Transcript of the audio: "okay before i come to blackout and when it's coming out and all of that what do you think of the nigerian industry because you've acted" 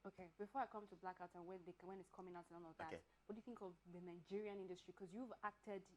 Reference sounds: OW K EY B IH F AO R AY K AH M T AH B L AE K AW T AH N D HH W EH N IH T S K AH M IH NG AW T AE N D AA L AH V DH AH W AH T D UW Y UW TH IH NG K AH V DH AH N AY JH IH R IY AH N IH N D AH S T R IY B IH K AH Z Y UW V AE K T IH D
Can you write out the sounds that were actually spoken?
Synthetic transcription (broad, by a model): OW K EY B IH F AO R AY K AH M T AH B L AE K AW T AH N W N W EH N IH T S K AH M IH NG AW T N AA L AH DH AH W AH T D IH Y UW TH IH NG K AH V DH AH N AY JH IH R IY AH N IH N D AH S T R IY K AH Z Y UW V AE K T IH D